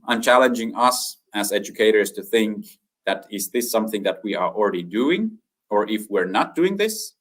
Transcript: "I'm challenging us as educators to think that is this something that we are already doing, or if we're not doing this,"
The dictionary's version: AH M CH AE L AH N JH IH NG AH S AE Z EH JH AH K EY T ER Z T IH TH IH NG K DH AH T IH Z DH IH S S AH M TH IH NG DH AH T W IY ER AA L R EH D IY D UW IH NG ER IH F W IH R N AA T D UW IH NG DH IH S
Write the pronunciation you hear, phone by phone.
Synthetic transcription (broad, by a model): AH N CH AE L AH N JH IH NG AH S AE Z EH JH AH K EY T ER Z T IH TH IH NG K DH AH T IH Z DH IH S S AH M TH IH NG DH AH T W IY ER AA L R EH D IY D UW IH NG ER IH F W IH R N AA T D UW IH NG DH IH S